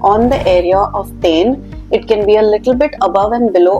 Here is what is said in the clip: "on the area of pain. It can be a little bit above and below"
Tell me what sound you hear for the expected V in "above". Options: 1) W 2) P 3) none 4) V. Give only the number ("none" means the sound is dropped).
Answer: 4